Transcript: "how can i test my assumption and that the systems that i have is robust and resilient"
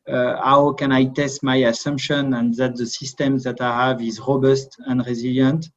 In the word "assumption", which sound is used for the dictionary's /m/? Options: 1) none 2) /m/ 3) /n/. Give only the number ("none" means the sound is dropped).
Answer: 2